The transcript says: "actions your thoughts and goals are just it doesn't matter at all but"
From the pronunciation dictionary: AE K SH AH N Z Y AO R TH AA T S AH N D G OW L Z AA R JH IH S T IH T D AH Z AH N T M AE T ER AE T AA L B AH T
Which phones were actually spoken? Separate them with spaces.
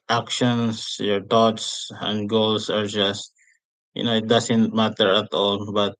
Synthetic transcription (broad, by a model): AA K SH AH N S Y AO R T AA T S AH N D G OW L S AA R JH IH S T IH T D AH S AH N T M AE T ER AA T AA L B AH T